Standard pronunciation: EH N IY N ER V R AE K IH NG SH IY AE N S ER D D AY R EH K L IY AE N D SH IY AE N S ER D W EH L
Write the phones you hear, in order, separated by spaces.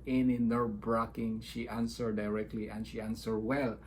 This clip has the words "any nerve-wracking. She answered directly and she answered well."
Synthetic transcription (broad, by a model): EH N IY N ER B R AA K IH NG SH IY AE N S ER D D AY R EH K L IY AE N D SH IY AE N S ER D W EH L